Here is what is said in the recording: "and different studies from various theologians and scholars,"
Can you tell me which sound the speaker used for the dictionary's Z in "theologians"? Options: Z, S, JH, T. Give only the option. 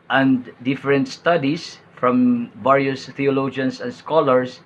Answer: S